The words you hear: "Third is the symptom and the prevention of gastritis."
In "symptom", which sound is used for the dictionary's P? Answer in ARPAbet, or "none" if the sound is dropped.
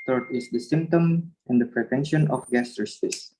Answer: P